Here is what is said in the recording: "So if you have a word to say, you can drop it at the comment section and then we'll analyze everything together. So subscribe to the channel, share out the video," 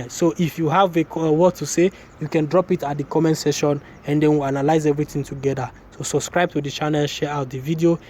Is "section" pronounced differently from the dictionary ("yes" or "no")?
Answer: yes